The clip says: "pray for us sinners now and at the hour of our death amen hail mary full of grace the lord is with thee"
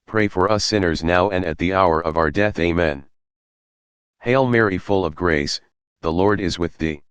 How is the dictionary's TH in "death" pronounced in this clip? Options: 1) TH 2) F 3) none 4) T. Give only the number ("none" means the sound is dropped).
1